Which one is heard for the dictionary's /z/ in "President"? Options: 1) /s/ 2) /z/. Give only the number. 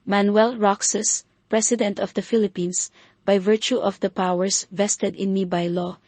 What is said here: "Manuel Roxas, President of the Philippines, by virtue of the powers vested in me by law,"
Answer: 1